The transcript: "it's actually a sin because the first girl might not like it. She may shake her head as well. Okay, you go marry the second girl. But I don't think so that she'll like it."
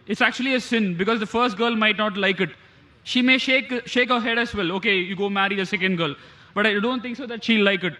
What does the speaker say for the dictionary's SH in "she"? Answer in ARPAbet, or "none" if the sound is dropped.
SH